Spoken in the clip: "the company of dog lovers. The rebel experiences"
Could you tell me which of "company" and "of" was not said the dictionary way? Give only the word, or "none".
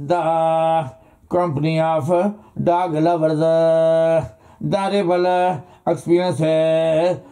of